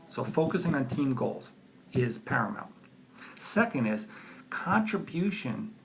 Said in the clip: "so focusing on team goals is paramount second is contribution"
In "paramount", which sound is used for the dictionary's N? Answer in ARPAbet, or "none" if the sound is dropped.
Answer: L